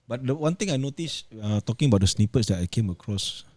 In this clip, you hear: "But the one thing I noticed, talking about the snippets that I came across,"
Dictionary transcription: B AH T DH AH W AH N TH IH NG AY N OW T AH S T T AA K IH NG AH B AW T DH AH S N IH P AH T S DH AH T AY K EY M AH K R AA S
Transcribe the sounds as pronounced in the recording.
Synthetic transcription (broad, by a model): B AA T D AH W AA N T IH NG AY N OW T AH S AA T AA K IH NG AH B AW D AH S N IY P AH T S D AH T AY K EY M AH K R AA S